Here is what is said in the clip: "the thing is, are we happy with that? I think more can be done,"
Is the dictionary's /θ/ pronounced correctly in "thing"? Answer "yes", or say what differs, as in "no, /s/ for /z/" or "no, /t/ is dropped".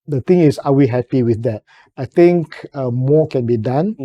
no, /t/ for /θ/